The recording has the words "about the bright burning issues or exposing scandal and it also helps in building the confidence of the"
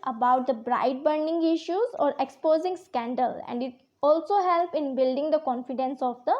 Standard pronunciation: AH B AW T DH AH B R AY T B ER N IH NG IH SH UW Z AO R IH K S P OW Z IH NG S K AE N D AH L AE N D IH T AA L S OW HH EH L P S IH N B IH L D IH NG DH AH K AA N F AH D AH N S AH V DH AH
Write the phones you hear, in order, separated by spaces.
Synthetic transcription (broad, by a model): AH B AW T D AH B R AY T B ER N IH NG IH SH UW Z AO R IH K S P OW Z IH NG S K AE N D AH L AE N D IH T AA L S OW HH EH L P IH N B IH L D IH NG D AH K AA N F AH D AH N S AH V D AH